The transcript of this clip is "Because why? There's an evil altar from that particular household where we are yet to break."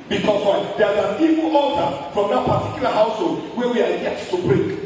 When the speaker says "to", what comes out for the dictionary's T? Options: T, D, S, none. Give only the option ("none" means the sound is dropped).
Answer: S